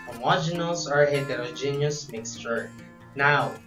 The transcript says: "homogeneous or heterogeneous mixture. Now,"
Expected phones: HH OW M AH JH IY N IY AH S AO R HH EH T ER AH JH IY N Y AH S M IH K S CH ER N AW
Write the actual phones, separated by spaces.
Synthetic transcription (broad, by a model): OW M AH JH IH N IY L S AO R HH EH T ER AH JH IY N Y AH S M IH K S CH ER N AW